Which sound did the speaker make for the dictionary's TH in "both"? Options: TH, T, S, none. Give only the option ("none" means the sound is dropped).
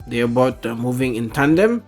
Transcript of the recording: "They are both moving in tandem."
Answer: T